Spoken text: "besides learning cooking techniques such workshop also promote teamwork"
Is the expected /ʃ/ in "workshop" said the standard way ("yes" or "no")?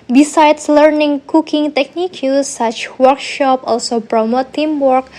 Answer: yes